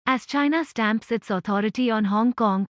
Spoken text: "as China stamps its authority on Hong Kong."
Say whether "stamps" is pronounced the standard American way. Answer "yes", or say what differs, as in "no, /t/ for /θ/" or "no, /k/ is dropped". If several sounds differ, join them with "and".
yes